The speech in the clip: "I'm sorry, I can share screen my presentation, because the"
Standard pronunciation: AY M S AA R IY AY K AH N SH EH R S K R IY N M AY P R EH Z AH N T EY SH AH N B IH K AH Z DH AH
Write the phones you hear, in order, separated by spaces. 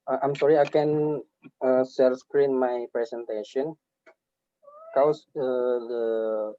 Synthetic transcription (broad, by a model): AY M S AA R IY AY K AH N S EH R S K R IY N M AY P R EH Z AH N T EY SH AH N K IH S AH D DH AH